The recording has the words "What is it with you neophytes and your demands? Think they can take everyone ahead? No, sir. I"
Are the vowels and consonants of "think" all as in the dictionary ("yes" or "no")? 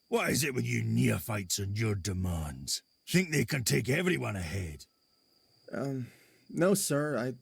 yes